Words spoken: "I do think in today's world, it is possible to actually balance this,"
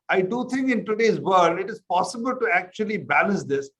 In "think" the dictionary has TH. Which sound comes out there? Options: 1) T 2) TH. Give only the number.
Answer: 1